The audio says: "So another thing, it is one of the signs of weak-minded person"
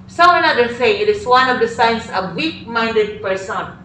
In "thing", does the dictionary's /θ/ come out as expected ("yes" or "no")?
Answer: no